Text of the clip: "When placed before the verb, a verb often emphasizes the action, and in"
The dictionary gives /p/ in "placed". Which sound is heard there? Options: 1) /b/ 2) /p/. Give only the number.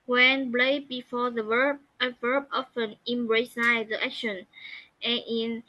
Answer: 1